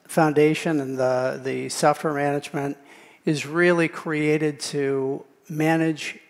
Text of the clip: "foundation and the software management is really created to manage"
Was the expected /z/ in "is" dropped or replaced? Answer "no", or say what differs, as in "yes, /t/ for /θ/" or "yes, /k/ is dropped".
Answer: no